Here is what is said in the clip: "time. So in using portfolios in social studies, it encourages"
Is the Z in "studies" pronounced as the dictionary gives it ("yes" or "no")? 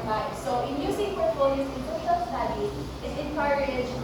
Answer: no